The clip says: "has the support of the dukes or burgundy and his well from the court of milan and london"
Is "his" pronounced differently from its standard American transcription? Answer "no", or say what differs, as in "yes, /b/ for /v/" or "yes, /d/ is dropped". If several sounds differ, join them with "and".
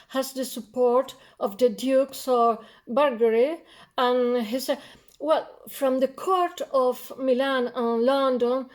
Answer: yes, /s/ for /z/